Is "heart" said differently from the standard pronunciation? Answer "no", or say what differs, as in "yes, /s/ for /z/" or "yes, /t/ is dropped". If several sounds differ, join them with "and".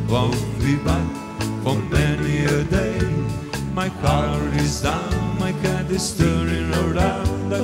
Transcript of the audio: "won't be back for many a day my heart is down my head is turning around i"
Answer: yes, /t/ is dropped